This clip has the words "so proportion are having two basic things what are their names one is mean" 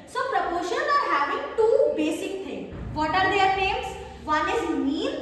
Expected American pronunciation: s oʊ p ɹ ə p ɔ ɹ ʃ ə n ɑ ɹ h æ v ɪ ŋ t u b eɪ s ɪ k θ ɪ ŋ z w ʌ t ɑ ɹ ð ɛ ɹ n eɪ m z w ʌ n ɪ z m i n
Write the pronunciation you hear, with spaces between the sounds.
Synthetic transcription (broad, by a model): s oʊ p ɹ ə p ɔ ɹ ʃ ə n ɑ ɹ h æ v ɪ ŋ t u b eɪ s ɪ k t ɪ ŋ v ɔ t ɑ ɹ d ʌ ɹ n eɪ m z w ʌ n ɪ z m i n